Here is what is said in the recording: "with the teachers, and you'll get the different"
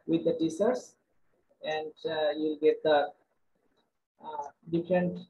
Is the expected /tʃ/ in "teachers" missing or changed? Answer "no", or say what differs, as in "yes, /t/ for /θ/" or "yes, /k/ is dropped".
yes, /s/ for /tʃ/